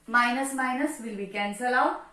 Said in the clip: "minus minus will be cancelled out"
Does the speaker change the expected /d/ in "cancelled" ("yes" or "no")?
yes